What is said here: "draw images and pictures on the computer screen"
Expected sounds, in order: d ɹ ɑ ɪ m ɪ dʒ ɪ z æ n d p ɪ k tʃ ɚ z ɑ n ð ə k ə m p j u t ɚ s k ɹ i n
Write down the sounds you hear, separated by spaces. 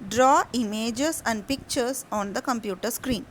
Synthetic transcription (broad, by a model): d ɹ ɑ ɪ m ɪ dʒ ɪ s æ n d p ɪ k tʃ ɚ s ɑ n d ə k ə m p j u t ɚ s k ɹ i n